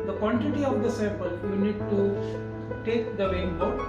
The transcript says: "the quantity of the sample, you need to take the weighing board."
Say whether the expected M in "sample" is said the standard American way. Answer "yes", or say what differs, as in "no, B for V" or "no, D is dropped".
no, M is dropped